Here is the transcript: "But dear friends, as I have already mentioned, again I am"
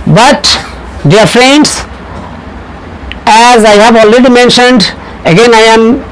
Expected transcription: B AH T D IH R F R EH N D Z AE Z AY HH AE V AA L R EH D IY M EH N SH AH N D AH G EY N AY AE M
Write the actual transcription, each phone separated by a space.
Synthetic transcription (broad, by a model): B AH T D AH R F R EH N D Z AE Z AY HH AE V AA L R EH D IY M EH N SH AH N D AH G EY N AY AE M